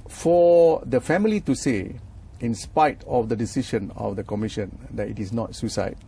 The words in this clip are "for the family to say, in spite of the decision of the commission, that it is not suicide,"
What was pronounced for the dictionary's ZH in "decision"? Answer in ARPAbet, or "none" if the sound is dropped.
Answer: SH